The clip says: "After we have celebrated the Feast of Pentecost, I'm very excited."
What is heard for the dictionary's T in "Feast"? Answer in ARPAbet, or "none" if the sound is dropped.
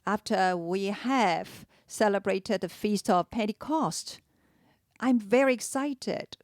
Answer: T